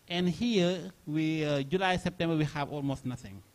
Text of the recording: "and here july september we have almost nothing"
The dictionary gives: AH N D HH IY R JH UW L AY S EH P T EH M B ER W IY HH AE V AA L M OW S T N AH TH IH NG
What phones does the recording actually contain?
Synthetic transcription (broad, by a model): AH N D HH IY W JH UW L AY S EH P T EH M B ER W IY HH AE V AA L M OW S T N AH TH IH NG